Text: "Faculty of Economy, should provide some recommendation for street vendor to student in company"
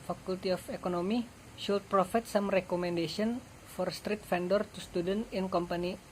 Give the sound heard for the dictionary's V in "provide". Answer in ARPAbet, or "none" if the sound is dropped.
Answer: F